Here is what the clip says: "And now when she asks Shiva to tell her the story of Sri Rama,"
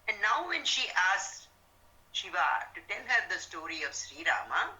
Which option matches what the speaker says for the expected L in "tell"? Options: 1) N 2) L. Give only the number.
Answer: 1